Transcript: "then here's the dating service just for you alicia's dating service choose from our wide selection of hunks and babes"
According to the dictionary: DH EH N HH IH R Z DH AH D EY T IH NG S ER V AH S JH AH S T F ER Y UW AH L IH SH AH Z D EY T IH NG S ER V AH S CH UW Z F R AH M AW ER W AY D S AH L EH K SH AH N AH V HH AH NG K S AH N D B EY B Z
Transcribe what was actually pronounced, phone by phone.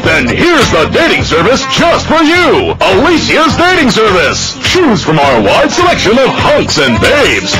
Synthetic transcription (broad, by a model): DH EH N HH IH R Z DH AH D EY T IH NG S ER V AH S JH AH S T F ER Y UW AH L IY S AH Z D EY T IH NG S ER V AH S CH UW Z F R AH M AW ER W AY D S AH L EH K SH AH N AH V HH AH NG K S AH N B EY B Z